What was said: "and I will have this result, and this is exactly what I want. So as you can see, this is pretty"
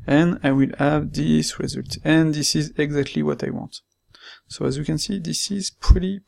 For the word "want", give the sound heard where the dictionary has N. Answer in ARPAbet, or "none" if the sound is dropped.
N